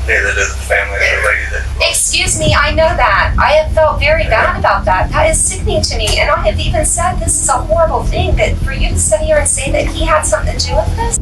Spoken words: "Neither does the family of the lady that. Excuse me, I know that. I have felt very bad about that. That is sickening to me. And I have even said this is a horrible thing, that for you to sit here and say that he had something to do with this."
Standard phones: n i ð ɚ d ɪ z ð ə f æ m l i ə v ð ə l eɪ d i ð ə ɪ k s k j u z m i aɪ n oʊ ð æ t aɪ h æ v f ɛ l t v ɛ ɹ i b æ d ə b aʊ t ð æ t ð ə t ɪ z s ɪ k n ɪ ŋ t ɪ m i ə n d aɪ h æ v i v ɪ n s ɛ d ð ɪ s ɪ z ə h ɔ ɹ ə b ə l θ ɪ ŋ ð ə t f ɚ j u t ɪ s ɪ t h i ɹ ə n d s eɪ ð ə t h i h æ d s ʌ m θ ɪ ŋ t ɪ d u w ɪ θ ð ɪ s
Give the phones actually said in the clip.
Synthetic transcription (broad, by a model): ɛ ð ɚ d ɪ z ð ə f æ m l i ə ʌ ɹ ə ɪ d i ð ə ɪ k s k j u z m i aɪ n oʊ ð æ t aɪ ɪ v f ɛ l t v ɛ ɹ i b æ d ə b aʊ t ð æ t ð ə t ɪ z s ɪ k n ɪ ŋ t ɪ m i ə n aɪ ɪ v i v ɪ n s ɛ d ð ɪ s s ə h ɔ ɹ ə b l θ ɪ ŋ ð ə t f ɚ j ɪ t ɪ s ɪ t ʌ ɹ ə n s eɪ ð ə t h i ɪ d s ʌ m θ ɪ ŋ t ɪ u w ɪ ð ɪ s